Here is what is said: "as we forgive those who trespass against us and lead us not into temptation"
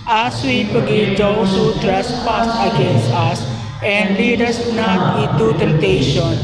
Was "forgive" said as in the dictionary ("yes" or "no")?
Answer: no